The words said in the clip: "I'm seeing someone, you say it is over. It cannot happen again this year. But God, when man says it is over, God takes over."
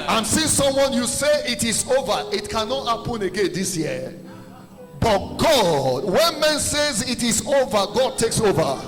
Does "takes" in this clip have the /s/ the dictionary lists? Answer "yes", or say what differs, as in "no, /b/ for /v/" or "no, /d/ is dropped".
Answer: yes